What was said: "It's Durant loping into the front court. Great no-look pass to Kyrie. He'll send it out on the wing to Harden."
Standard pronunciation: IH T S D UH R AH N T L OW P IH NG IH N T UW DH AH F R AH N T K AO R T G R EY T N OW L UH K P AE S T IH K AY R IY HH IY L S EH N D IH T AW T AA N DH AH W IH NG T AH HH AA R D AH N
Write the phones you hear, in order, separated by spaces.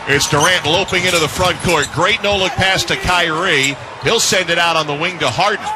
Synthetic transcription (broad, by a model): IH T S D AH R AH N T L OW P IH NG IH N T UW DH AH F R AH N K AO R T G R EY T N OW L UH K P AE S T IH K AY R IY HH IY L S EH N D IH T AW T N DH AH W IH NG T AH HH AA R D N